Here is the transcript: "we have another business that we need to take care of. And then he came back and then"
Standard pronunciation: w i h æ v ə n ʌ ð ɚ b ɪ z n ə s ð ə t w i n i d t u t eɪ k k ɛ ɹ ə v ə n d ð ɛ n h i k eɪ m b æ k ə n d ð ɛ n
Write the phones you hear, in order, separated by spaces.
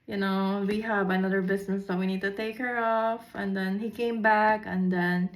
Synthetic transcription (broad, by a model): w i h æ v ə n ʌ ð ɚ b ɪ s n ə s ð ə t w i n i d t u t eɪ k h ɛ ɹ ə f ə n d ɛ n h i k eɪ m b æ k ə n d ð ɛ n